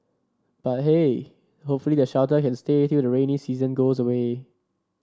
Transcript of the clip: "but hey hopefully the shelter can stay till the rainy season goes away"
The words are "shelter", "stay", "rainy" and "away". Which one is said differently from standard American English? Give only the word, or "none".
shelter